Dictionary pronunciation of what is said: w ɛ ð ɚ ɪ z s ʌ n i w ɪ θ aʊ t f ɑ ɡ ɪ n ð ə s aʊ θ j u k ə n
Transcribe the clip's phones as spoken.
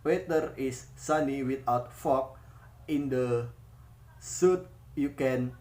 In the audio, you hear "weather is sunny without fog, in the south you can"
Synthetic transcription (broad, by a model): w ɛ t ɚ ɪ s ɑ n i w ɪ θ aʊ t f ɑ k ɪ n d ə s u t j u k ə n